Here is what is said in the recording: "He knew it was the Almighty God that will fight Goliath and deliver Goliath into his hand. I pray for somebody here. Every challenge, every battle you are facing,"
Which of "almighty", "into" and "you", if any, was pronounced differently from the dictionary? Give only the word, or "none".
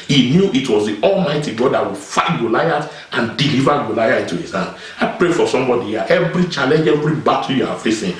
none